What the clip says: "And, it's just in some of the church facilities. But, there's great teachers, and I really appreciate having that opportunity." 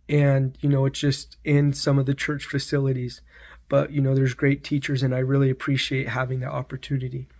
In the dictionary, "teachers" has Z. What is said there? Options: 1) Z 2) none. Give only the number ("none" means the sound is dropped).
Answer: 1